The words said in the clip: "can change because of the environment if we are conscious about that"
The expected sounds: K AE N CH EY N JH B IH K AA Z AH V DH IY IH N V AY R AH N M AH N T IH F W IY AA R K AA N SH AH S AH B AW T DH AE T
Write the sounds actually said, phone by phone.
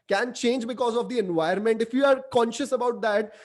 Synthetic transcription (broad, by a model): K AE N CH EY N JH B IH K AA Z AH V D IY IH N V AY AH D M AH N T IH F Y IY AA R K AA N SH AH S AH B AW T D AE T